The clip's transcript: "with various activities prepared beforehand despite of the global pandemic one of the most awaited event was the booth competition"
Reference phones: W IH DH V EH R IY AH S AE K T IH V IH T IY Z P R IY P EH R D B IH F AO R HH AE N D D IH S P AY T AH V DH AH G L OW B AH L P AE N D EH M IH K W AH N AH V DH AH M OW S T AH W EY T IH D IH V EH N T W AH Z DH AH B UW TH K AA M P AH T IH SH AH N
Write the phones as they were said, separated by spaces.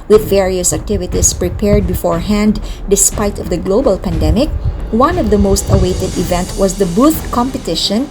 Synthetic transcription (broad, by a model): W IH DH V EH R IY AH S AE K T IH V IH T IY S P R IY P EH R D B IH F AO R HH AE N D D IH S P AY T AH V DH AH G L OW B AH L P AE N D EH M IH K W AH N AH V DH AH M OW S T AH W EY T IH D IH V EH N T W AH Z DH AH B UW TH K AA M P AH T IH SH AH N